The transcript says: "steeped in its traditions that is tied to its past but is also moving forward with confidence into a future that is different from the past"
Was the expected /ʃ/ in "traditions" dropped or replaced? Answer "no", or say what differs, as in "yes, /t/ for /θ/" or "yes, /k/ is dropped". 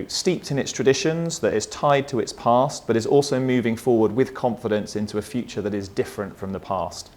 no